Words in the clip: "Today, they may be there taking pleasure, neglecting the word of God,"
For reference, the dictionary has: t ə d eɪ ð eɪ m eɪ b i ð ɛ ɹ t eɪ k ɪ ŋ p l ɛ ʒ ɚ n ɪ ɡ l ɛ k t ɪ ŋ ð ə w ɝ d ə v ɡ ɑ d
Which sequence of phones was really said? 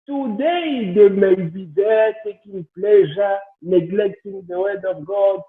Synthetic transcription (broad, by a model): t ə d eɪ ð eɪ m eɪ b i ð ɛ t eɪ k ɪ ŋ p l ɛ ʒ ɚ n ɪ ɡ l ɛ k t ɪ ŋ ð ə w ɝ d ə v ɡ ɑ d